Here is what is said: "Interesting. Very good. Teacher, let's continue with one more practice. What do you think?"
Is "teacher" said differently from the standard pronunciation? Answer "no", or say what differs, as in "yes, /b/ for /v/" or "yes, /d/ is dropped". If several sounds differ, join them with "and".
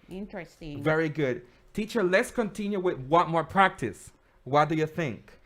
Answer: no